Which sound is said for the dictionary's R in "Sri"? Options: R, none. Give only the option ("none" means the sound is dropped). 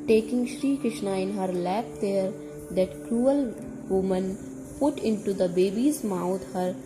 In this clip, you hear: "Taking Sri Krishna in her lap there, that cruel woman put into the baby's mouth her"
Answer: R